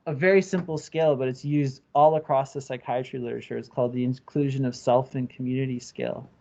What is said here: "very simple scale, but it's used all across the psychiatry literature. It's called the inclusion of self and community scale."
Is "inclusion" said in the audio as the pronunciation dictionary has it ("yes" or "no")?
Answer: yes